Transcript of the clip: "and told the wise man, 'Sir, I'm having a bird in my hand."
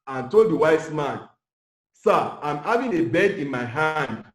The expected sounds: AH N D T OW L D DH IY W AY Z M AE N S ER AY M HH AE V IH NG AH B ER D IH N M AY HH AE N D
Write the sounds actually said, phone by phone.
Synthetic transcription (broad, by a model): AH N T OW L D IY W AY S M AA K S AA AY M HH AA V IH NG AH B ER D IH N M AY HH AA N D